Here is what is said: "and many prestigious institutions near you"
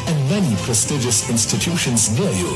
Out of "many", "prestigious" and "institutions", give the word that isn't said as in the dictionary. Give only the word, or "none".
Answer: none